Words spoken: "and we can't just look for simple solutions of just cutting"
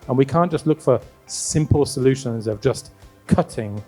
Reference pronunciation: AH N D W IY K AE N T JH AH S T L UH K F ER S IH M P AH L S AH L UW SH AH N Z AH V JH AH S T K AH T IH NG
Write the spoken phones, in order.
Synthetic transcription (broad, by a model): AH N W IY K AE N JH AH S T L UH K F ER S IH M P AH L S AH L UW SH AH N Z AH V JH AH S K AH T IH NG